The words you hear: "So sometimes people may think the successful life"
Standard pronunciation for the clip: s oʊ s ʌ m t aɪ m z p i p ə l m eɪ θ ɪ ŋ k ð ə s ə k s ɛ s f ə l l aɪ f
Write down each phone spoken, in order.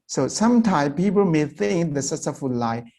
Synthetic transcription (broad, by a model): s oʊ s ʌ m t aɪ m p i p ə l m eɪ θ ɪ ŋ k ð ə s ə s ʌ f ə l l aɪ